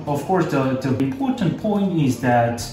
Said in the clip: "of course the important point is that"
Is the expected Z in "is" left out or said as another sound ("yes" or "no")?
no